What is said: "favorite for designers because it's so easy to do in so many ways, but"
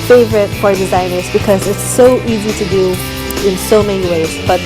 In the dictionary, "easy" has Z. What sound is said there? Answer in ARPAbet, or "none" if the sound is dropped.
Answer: Z